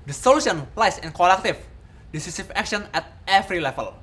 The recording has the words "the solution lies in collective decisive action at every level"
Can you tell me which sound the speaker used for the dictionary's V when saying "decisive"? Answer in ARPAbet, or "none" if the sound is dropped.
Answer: F